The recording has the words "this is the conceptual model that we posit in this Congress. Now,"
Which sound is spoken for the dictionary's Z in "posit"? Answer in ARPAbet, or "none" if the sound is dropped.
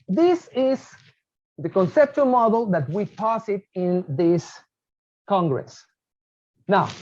S